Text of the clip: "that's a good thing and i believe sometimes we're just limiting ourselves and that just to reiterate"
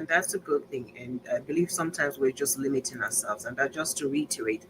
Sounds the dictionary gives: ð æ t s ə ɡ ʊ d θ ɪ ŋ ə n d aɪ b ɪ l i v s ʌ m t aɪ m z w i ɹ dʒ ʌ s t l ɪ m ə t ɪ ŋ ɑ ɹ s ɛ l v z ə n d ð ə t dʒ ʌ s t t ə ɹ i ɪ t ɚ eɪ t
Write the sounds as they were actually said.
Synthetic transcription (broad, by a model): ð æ t s ə ɡ ʊ d θ ɪ ŋ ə n aɪ b ɪ l i v s ʌ m t aɪ m z w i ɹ dʒ ʌ s t l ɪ m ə t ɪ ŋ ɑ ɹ s ɛ l v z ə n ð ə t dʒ ʌ s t t ə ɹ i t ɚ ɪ t